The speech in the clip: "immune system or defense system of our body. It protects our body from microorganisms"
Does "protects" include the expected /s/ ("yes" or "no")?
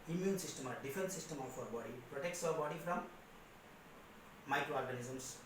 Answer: yes